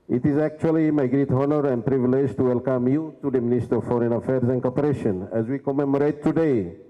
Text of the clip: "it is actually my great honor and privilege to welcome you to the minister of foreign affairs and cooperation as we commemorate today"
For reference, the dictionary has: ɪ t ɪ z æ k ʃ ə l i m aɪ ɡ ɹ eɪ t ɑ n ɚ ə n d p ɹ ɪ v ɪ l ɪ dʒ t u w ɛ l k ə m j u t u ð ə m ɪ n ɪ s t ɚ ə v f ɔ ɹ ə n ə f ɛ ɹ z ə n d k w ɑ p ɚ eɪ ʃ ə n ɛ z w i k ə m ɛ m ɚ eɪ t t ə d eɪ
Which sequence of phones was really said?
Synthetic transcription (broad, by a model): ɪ t ɪ z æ k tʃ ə l i m aɪ ɡ ɹ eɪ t ɑ n ɚ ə n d p ɹ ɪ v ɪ l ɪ dʒ t u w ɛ l k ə m j u t u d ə m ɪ n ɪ s t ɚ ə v f ɔ ɹ ə n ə f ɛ ɹ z ə n d k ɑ p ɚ eɪ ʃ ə n ɛ z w i k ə m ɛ m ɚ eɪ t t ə d eɪ